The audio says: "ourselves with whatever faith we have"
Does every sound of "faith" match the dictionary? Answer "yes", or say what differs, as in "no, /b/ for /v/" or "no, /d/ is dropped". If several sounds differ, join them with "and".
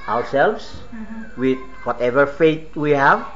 no, /t/ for /θ/